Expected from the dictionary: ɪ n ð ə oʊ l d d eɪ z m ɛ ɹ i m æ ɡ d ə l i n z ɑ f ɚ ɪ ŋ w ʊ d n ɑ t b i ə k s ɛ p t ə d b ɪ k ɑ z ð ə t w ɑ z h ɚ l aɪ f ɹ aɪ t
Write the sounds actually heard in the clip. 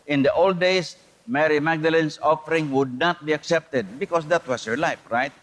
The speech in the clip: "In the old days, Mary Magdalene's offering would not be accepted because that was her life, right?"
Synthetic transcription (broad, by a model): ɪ n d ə oʊ l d d eɪ s m ɛ ɹ i m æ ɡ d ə l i n s ɑ f ɚ ɪ ŋ w ʊ d n ɑ t b i ə k s ɛ p t ə d b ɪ k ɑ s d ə t w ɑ s h ɚ l aɪ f ɹ aɪ t